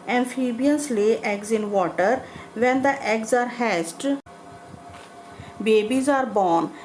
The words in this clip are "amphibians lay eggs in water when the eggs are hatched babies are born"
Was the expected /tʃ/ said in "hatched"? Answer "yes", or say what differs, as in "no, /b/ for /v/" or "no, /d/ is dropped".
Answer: no, /s/ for /tʃ/